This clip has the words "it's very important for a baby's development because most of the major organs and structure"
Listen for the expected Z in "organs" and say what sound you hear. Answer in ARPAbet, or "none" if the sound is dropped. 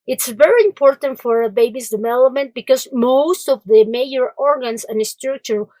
S